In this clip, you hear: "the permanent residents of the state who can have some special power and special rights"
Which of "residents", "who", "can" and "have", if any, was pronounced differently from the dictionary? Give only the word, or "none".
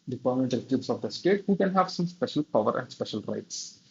residents